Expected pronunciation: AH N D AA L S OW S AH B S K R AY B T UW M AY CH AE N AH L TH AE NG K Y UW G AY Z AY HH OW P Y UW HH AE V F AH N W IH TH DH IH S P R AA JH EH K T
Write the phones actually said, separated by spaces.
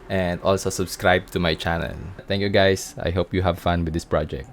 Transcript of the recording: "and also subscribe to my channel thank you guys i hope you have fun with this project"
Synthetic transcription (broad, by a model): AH N D AA L S OW S AH B S K R AY B T UW M AY CH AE N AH L T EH NG K Y UW G AY S AY HH OW P Y UW HH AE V F AH N W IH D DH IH S P R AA JH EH K T